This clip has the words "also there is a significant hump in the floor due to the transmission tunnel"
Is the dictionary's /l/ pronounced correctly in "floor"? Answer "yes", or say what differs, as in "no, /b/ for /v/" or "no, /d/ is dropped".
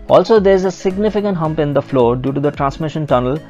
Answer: yes